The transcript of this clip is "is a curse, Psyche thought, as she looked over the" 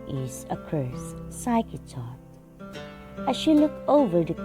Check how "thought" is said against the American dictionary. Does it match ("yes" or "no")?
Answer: no